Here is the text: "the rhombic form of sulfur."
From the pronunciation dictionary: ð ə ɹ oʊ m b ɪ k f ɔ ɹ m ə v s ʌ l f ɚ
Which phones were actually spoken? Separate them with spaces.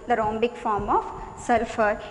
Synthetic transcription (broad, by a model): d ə ɹ oʊ m b ɪ k f ɔ ɹ m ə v s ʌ l f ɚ